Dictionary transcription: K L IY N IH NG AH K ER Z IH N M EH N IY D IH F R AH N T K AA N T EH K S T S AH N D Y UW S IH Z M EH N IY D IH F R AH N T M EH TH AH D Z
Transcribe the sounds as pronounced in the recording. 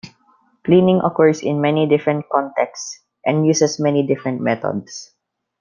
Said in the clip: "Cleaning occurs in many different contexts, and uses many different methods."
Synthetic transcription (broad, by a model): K L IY N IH NG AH K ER S IH N M EH N IY D IH F R AH N T K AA N T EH K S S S AH N D Y UW S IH S M EH N IY D IH F R AH N T M EH T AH D S